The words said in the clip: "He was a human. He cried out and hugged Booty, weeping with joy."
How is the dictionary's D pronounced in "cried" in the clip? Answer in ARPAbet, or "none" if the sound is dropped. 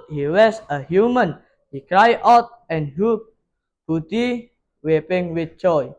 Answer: none